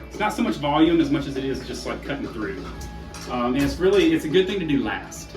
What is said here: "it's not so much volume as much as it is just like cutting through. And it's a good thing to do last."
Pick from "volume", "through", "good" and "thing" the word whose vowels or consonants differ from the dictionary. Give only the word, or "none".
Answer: none